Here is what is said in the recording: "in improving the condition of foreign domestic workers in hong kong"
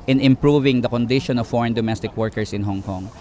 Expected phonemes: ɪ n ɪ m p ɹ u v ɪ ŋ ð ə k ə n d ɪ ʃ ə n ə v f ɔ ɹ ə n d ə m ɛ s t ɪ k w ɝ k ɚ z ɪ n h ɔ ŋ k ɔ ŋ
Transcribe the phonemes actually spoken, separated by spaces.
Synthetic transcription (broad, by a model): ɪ n ɪ m p ɹ u v ɪ ŋ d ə k ə n d ɪ ʃ ə n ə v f ɔ ɹ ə n d ə m ɛ s t ɪ k w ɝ k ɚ s ɪ n h ɔ ŋ k ɔ ŋ